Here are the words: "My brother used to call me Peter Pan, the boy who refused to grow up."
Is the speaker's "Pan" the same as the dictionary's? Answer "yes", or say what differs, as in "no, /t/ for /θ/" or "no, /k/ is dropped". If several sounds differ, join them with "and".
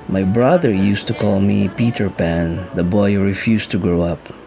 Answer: yes